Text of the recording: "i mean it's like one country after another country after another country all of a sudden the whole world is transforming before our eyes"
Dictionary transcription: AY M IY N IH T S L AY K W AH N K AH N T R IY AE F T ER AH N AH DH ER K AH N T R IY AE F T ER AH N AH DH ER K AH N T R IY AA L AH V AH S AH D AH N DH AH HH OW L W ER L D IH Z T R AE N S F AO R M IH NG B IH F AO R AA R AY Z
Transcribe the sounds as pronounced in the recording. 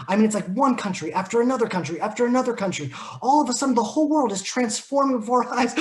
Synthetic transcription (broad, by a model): AY M IY N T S L AY K W AH N K AH N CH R IY AE F T ER AH N AH DH ER K AH N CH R IY AE F T ER AH N AH DH ER K AH N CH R IY AA L AH V AH S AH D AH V DH AH HH OW L W ER L D IH Z T R AE N S F AO R M IH NG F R AA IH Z